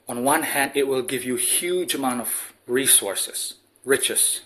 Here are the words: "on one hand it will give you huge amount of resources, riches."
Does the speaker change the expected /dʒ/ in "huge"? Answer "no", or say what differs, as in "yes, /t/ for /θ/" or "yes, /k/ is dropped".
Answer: no